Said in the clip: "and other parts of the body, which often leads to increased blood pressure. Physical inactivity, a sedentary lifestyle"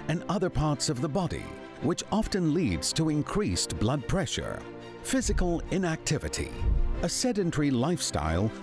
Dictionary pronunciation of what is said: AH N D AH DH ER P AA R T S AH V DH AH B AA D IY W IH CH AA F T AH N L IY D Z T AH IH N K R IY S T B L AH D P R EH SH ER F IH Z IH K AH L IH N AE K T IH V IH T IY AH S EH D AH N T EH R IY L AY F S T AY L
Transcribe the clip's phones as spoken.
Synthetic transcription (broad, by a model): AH N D AH DH ER P AA R T S AH V DH AH B AA D IY W IH CH AA F T AH N L IY D Z T AH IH N K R IY S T B L AH D P R EH SH ER F IH Z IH K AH L IH N AE K T IH V IH T IY AH S EH D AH N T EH R IY L AY F S T AY L